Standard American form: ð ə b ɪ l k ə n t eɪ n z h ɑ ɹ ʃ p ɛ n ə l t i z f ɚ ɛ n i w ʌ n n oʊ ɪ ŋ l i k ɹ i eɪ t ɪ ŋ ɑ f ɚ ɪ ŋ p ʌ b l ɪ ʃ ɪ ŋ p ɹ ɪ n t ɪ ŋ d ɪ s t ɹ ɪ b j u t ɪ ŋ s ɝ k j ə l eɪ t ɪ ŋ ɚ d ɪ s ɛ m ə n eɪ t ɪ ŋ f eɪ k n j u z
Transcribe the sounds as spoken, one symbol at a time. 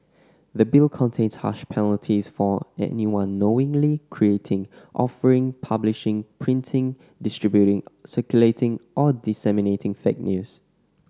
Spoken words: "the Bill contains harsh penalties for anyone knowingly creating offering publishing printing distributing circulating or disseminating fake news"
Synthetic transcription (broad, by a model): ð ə b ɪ l k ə n t eɪ n s h ɑ ʃ p ɛ n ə l t i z f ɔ ɛ n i w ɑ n n oʊ ɪ ŋ l i k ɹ i eɪ t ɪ ŋ ɑ f ɚ ɪ ŋ p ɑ b l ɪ ʃ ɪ ŋ p ɹ ɪ n t ɪ ŋ d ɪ s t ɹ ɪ b j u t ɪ ŋ s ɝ k j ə l eɪ t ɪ ŋ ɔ d ɪ s ɛ m ə n eɪ t ɪ ŋ f eɪ k n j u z